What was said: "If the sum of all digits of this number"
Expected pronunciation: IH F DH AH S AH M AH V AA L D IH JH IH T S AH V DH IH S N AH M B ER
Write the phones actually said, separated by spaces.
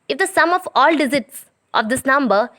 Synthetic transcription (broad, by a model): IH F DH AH S AH M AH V AA L D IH Z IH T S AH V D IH S N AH M B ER